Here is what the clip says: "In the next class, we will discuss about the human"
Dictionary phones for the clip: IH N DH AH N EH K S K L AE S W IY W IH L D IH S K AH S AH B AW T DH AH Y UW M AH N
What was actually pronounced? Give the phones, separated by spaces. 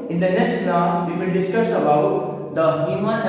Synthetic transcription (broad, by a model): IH N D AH N EH K S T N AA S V IY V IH L D IH S K AH S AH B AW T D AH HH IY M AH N